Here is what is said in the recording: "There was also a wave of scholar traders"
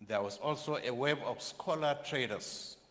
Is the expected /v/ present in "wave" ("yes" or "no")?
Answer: no